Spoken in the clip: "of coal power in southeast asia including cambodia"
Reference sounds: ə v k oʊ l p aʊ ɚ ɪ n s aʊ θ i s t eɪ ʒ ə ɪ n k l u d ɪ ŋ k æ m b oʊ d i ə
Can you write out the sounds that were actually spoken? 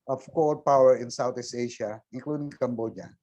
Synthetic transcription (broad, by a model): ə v k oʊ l p aʊ ɚ ɪ n s aʊ t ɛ s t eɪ ʃ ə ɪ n k l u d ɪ ŋ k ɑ m b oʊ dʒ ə